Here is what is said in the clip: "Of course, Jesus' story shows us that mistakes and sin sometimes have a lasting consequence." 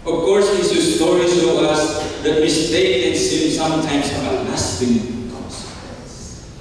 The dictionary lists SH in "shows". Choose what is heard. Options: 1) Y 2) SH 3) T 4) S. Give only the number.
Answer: 4